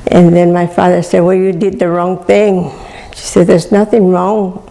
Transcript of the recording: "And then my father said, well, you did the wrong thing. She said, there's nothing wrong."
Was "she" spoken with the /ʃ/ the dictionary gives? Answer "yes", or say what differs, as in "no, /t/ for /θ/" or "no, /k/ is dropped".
yes